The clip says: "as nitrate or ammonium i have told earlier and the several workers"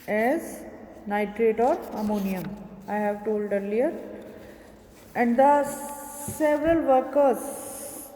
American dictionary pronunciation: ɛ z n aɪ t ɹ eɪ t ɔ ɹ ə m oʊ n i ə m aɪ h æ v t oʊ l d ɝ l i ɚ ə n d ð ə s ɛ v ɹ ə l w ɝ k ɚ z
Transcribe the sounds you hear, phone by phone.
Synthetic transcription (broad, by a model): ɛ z n aɪ t ɹ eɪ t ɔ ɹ ə m oʊ n i ə m aɪ h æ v t oʊ l d ɝ l i ɚ ə n d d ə s ɛ v ɹ ə l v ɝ k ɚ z